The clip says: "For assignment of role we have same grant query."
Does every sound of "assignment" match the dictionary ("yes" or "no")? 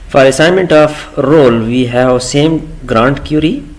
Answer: yes